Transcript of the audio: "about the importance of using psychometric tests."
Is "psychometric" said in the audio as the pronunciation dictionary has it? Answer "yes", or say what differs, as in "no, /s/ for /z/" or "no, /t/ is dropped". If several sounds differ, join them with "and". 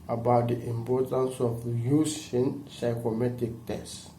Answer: no, /ɹ/ is dropped